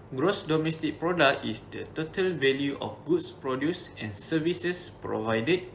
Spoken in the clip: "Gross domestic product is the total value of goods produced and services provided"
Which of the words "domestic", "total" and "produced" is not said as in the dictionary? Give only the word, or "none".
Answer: produced